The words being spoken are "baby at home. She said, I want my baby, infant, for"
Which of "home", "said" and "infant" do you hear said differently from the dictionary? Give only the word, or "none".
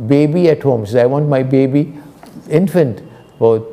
said